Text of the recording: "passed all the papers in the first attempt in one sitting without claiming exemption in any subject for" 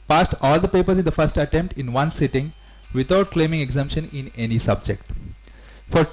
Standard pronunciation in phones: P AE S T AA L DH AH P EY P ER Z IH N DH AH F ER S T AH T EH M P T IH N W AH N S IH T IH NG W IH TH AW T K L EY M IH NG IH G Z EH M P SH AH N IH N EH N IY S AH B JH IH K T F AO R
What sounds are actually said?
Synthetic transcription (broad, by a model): P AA S T AA L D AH P EY P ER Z IH N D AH F ER S T AH T EH M P T IH N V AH N S IH T IH NG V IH T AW T K L EY M IH NG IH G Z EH M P SH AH N IH N EH N IY S AH B JH IH K T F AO R